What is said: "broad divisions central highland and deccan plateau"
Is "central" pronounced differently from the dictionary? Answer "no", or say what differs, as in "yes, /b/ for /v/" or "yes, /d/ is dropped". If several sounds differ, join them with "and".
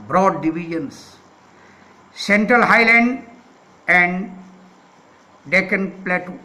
no